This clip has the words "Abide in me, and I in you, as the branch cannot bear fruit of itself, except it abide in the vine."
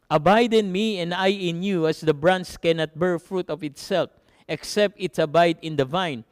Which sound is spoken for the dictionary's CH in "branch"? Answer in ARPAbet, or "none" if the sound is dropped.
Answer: S